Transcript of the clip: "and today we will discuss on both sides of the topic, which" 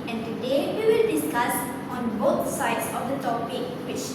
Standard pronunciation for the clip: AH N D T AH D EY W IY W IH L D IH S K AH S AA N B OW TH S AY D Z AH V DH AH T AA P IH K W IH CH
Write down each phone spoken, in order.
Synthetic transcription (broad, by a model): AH N T AH D EY W IY W IH L D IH S K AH S AA N B OW T S AY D S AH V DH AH T AA P IH K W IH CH